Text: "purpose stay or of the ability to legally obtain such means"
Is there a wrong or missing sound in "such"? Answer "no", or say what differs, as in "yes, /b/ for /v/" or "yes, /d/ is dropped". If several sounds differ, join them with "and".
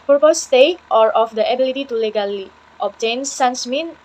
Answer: yes, /s/ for /tʃ/